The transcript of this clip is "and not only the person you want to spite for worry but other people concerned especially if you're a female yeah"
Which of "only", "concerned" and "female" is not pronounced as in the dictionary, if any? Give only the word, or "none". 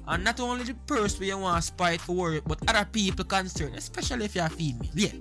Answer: concerned